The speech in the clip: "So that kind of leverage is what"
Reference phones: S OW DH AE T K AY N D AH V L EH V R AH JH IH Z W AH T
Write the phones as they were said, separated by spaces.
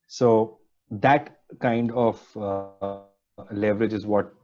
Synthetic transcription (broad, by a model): S OW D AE T K AY N D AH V L EH V R AH JH IH Z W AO T